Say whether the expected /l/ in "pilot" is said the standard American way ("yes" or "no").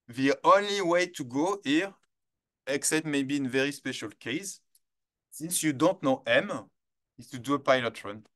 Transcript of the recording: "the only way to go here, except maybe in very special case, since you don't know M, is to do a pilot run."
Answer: yes